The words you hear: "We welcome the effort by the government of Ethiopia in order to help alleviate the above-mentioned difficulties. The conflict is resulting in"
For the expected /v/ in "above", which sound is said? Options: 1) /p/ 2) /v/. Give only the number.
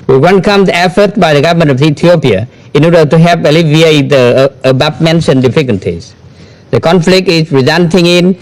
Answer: 1